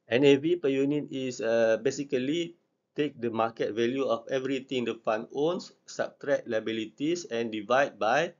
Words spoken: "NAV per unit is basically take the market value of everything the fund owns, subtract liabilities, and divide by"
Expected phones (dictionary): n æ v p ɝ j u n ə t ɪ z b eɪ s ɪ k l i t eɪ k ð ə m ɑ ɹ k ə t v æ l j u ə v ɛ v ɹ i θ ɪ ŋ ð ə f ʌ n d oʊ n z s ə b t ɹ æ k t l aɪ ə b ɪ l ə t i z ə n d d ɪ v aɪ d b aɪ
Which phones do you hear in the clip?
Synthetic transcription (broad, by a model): n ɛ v p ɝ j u n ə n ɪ s b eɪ s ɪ k l i t eɪ k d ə m ɑ k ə t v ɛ l j u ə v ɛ v ɹ i t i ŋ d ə f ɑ n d oʊ n s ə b t ɹ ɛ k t l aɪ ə b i l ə t i s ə n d d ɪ v aɪ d b aɪ